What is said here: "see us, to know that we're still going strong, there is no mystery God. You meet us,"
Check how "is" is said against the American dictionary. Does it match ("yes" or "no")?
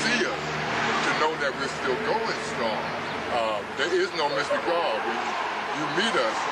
yes